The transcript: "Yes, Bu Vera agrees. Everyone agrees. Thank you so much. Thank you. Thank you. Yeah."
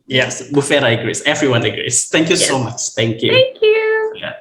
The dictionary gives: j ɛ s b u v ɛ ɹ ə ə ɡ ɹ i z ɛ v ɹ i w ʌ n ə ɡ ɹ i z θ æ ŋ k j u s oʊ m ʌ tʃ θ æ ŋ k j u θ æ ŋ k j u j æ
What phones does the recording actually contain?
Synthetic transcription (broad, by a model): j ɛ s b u f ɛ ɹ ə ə ɡ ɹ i s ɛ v ɹ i w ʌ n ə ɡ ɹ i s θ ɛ ŋ k j u s oʊ m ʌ tʃ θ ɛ ŋ k j u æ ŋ k j u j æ